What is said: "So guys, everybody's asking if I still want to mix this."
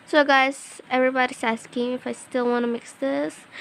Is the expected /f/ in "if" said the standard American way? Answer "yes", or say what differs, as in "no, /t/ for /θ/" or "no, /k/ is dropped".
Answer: yes